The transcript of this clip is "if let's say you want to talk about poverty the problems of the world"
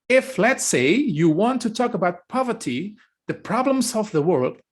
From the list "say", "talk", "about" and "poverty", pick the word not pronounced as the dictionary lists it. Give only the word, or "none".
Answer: none